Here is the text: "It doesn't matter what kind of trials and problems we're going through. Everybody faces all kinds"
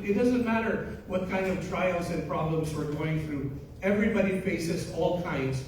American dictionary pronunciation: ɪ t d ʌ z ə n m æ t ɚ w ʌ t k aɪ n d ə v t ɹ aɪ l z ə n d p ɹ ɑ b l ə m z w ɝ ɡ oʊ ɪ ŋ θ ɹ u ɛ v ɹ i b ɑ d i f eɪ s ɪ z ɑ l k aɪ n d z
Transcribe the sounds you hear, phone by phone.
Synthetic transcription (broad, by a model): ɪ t d ʌ z ə n m æ t ɚ w ʌ t k aɪ n d ə v t ɹ aɪ l z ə n p ɹ ɑ b l ə m z w ɝ ɡ oʊ ɪ ŋ θ ɹ u ɛ v ɹ i b ɑ d i f eɪ s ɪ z ɑ l k aɪ n d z